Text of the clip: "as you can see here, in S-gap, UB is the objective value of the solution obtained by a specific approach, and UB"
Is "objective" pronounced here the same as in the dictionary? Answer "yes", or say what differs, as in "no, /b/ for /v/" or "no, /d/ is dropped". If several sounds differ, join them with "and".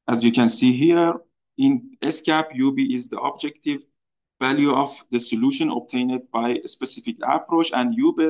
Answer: yes